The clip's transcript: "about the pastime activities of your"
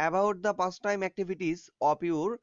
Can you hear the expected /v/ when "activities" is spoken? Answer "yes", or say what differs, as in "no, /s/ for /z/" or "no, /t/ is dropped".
no, /b/ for /v/